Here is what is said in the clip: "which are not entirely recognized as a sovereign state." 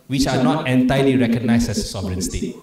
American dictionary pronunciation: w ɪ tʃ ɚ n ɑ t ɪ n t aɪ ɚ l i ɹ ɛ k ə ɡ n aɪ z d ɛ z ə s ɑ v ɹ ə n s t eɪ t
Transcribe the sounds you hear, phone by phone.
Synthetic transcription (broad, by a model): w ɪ tʃ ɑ n ɑ t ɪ n t aɪ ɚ l i ɹ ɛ k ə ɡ n aɪ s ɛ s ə s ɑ b ɹ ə n s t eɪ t